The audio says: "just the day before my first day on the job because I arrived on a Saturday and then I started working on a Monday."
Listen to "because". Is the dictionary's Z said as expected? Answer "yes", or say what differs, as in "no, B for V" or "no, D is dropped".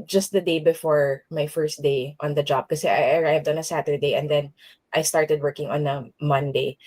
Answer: no, Z is dropped